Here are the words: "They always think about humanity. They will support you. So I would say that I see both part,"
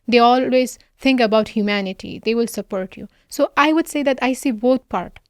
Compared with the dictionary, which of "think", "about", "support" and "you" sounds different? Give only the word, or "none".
think